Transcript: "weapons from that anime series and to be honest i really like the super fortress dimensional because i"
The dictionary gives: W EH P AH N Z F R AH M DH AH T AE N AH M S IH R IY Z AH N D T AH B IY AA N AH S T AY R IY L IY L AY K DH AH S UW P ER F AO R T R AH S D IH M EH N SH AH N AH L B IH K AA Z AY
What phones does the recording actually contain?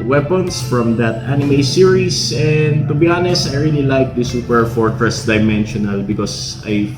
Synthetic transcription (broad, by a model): W EH P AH N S F R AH M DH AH T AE N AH M S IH R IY S AH N D T AH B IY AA N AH S AY R IY L IY L AY K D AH S UW P ER F AO R T R AH S D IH M EH N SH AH N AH L B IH K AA S AY